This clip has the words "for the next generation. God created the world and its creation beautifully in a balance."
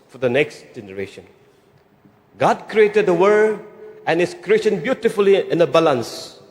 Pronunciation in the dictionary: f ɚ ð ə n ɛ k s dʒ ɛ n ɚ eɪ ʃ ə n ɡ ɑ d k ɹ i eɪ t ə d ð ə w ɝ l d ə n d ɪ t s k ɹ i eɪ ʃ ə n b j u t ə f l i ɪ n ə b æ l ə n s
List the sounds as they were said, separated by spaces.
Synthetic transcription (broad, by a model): f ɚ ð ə n ɛ k s dʒ ɛ n ɚ eɪ ʃ ə n ɡ ɑ d k ɹ i eɪ t ə d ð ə w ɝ d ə n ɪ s k ɹ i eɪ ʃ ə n b j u t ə f l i ɪ n ə b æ l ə n s